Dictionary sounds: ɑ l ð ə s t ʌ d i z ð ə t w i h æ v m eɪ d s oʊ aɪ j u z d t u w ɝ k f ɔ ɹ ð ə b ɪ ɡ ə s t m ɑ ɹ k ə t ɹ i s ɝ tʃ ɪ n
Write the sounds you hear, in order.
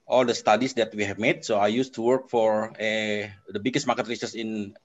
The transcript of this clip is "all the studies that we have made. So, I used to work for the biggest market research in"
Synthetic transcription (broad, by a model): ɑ l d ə s t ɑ d i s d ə t w i h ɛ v m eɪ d s oʊ aɪ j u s t u w ɝ k f ɔ ɹ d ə b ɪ ɡ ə s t m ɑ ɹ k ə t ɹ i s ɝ s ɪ n